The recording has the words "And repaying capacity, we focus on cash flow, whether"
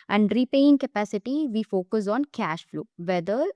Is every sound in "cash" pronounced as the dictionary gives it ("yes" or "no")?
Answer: yes